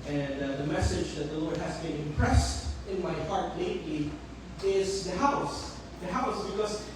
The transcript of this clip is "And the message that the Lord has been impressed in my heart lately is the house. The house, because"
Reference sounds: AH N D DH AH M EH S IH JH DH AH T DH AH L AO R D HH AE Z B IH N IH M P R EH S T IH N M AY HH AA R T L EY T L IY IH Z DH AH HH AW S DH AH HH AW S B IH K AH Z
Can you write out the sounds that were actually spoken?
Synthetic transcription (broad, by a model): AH N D DH AH M EH S IH JH DH AH T DH AH L AO R D HH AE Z B IH N IH M P R EH S T IH N M AY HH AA R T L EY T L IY IH Z DH AH HH AW S DH AH HH AW S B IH K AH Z